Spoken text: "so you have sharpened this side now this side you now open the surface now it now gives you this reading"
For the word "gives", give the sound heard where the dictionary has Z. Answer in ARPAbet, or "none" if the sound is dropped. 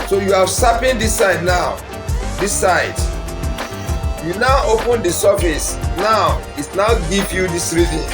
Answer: none